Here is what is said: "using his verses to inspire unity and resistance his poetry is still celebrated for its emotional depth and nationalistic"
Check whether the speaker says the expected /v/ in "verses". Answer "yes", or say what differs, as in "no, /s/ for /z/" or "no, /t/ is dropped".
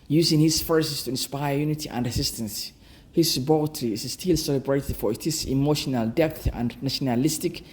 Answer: no, /f/ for /v/